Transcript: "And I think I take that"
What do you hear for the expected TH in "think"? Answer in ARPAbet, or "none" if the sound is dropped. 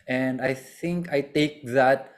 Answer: T